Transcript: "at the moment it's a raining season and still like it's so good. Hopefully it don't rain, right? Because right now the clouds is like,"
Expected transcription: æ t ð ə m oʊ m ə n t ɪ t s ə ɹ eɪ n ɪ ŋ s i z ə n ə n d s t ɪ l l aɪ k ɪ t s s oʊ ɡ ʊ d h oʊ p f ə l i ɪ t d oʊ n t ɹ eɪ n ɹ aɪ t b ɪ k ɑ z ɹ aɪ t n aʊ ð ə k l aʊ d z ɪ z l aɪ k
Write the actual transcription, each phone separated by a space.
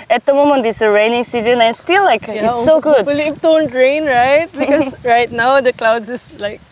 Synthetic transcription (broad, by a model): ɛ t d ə m oʊ m ə n t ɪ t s ə ɹ eɪ n ɪ ŋ s i z ə n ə n s t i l l aɪ k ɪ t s s oʊ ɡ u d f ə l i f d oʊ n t ɹ eɪ n ɹ aɪ t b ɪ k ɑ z ɹ aɪ t n aʊ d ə k l aʊ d s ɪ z l aɪ k